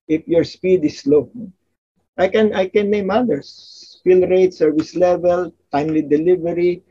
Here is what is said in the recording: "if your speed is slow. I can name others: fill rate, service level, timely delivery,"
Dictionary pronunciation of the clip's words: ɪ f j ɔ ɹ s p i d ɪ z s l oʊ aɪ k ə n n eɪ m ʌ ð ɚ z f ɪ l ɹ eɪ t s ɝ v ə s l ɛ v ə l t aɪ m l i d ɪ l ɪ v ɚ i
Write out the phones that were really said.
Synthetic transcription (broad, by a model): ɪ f j ɔ ɹ s p i d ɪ s l oʊ aɪ k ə n n eɪ m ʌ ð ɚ s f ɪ l ɹ eɪ t s ɝ v ə s l ɛ v ə l t aɪ m l i d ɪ l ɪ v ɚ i